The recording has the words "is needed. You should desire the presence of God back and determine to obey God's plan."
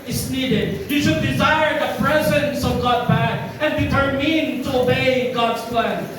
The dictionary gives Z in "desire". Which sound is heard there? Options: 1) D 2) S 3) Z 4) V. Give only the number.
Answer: 3